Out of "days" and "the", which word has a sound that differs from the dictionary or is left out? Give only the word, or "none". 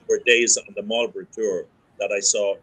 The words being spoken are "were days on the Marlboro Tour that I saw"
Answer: none